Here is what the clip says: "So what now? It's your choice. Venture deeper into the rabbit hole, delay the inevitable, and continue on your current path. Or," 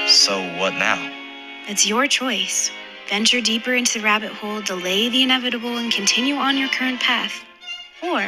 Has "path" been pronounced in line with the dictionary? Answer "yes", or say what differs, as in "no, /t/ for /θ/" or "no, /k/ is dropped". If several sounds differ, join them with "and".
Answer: yes